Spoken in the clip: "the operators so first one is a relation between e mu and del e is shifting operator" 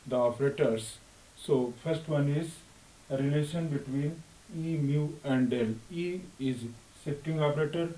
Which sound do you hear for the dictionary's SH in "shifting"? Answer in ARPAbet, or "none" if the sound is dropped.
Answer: S